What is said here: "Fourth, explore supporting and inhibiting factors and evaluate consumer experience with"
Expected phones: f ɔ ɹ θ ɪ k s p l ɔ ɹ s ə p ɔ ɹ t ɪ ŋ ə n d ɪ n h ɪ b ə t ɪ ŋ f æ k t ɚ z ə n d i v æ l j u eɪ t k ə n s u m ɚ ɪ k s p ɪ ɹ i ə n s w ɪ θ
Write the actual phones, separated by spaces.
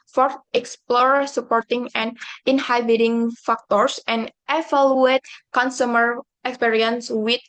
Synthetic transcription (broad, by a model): f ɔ ɹ ɪ k s p l ɔ ɹ s ə p ɔ ɹ t ɪ ŋ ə n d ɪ n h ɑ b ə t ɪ ŋ f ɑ k t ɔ s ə n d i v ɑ l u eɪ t k ə n s u m ɚ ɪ k s p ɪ ɹ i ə n s w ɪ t